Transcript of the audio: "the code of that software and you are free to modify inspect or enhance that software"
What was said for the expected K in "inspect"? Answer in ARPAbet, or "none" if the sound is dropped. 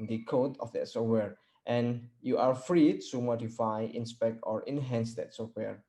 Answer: K